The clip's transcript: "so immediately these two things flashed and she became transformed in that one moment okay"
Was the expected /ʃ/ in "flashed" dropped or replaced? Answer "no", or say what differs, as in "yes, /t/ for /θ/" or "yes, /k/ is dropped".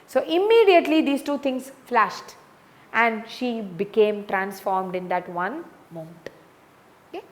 no